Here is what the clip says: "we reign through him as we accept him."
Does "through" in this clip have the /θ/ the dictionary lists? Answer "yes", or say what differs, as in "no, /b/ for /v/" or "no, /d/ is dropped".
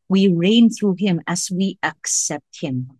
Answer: yes